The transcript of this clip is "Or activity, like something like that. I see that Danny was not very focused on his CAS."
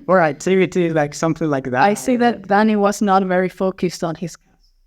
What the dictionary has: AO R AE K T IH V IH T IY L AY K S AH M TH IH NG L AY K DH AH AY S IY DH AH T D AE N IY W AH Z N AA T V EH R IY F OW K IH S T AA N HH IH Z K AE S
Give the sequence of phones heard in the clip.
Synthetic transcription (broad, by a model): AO R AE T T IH IH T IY L AY K S AH M TH IH NG L AY K DH AH AY S IY DH AH T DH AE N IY W AH Z N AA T V EH R IY F OW K IH S T N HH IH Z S